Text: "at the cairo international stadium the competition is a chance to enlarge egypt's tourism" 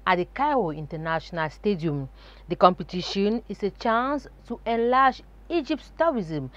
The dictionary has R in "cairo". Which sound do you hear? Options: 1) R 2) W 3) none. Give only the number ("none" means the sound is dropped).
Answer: 3